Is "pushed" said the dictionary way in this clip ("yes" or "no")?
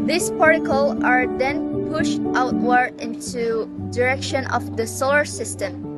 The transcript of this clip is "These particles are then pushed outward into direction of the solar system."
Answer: yes